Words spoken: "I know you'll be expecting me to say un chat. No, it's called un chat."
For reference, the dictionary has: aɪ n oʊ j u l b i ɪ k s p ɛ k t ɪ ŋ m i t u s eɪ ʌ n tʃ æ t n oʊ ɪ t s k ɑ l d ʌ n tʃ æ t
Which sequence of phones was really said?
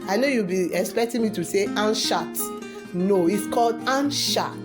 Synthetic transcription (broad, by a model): aɪ n oʊ j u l b i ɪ k s p ɛ k t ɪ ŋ m i t u s eɪ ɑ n ʃ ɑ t n oʊ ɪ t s k ɑ l d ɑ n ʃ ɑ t